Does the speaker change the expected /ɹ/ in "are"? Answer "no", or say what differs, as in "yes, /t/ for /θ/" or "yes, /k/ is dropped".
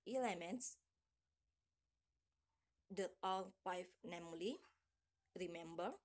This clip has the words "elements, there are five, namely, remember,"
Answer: yes, /l/ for /ɹ/